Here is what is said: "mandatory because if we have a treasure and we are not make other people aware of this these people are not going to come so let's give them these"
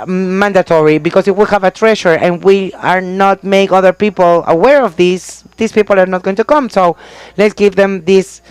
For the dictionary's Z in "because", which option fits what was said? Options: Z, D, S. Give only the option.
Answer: S